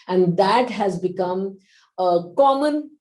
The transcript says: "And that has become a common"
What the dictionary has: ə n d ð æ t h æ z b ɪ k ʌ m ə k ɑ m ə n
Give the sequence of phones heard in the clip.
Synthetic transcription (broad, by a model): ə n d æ t h æ z b ɪ k ʌ m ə k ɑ m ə n